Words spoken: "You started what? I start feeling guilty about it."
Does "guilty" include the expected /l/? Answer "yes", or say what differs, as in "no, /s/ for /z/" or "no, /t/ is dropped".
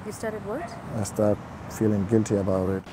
yes